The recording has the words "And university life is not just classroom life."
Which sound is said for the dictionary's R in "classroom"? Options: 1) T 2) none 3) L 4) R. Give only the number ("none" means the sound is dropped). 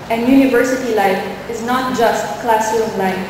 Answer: 2